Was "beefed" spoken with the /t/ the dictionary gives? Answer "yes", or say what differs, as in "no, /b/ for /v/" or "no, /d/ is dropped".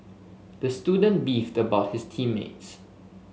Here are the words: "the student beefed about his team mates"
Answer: yes